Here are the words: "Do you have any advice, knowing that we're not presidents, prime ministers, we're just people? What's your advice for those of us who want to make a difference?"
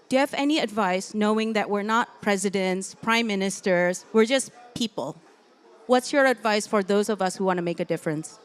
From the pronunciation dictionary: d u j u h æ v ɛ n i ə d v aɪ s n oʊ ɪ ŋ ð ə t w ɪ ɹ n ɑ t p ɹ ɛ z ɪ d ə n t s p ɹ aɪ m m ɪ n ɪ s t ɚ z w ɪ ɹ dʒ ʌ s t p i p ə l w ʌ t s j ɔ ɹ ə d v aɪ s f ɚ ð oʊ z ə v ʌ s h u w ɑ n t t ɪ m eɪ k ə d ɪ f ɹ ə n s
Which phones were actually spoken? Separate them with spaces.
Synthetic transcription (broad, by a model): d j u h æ v ɛ n i ə d v aɪ s n oʊ ɪ ŋ ð ə t w ɪ ɹ n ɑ t p ɹ ɛ z ɪ d ə n t s p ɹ aɪ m m ɪ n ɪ s t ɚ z w ɪ ɹ dʒ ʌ s p i p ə l w ʌ t s j ɔ ɹ ə d v aɪ s f ɚ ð oʊ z ə v ʌ s h u w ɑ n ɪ m eɪ k ə d ɪ f ɹ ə n s